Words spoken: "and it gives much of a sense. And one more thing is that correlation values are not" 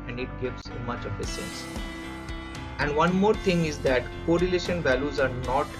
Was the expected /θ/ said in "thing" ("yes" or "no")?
no